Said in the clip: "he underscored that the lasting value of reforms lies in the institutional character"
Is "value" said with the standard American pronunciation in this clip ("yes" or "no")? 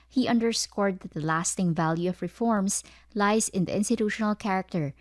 yes